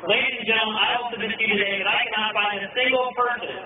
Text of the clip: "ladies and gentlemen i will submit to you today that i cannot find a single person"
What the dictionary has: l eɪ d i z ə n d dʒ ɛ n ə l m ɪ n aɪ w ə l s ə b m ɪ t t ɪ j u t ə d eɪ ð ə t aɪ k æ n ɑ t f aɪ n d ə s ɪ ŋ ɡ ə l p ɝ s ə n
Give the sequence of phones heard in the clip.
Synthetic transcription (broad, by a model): l eɪ d i z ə n dʒ ɛ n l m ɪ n aɪ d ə n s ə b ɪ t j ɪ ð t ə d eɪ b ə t aɪ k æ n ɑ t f aɪ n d ə s ɪ ŋ ɡ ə l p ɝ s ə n